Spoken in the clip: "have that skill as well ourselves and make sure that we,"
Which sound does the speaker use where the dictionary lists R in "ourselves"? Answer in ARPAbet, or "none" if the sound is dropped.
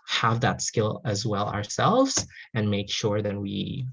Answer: R